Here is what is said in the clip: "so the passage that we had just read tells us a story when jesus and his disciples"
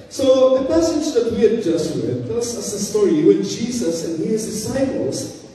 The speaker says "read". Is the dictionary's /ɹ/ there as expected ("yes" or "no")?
no